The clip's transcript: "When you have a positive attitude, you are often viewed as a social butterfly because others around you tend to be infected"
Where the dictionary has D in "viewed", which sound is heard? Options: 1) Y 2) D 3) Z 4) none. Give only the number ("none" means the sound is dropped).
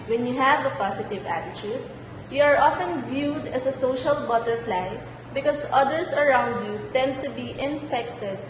2